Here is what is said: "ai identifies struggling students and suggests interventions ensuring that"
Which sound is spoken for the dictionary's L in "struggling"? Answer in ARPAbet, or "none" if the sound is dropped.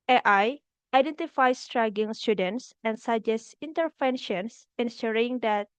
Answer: none